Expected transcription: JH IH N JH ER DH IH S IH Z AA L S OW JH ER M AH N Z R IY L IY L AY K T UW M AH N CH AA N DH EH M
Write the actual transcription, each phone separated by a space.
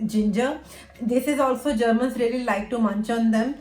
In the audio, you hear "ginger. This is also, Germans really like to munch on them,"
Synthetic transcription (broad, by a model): JH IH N JH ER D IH S IH Z AA L S OW JH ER M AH N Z R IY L IY L AY K T UW M AH N CH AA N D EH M